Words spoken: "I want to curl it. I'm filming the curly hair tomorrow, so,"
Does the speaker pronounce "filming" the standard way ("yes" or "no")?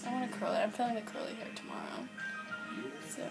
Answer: no